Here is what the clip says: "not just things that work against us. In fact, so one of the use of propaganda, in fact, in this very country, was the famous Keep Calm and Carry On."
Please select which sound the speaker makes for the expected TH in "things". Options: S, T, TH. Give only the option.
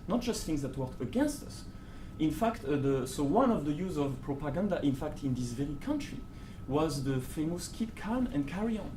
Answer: TH